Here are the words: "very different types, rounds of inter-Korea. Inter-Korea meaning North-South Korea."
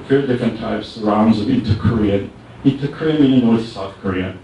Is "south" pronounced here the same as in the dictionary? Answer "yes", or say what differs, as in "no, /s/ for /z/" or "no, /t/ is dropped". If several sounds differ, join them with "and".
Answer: yes